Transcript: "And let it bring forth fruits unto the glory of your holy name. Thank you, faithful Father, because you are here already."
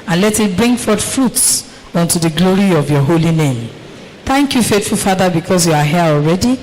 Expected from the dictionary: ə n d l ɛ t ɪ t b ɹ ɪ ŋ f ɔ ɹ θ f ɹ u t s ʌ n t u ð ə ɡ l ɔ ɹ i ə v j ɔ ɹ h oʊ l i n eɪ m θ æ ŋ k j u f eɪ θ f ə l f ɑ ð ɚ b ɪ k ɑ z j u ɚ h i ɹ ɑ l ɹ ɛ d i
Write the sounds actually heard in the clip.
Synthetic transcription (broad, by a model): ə n l ɛ t ɪ t b ɹ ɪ ŋ f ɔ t f ɹ u t s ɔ n t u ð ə ɡ l ɔ ɹ i ə v j ɔ h oʊ l i n eɪ m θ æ ŋ k j u f eɪ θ f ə l f ɑ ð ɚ b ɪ k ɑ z j u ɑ h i ɑ l ɹ ɛ d i